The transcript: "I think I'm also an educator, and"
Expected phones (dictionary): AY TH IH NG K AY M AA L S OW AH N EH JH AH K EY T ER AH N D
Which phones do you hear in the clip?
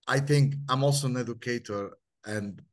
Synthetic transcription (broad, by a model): AY TH IH NG K AY M AA L S OW AH N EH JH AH K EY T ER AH N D